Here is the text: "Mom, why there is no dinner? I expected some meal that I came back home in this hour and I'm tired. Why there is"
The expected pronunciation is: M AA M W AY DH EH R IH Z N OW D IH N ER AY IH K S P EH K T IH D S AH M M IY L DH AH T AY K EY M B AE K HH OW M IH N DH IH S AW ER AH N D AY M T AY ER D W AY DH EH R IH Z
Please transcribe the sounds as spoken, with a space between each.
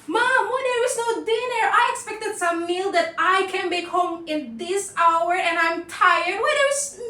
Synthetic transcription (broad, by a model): M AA M W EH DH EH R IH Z N OW D IH N ER AY IH K S P EH K T IH D S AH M M IY L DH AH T AY K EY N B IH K HH OW M IH N DH IH S AW ER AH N AY M T AY ER D W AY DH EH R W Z